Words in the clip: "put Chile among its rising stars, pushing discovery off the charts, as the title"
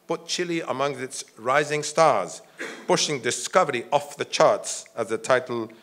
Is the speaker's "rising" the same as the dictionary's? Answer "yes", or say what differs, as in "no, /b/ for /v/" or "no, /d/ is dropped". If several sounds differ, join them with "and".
yes